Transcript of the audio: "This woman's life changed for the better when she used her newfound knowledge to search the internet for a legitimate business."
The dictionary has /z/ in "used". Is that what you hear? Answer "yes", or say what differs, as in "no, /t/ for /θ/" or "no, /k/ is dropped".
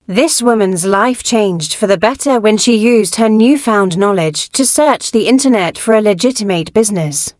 yes